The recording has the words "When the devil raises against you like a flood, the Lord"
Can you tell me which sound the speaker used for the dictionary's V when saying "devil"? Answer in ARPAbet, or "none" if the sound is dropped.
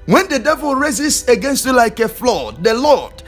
V